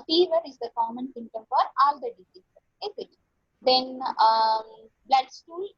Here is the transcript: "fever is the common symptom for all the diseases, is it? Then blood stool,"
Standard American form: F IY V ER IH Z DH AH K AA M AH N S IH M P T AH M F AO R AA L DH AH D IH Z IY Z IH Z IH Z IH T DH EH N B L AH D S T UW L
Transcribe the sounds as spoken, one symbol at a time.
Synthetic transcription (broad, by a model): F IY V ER IH Z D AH K AA M AH N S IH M T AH M F AO R AA L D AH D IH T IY S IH IH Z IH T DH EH N B L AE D S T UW L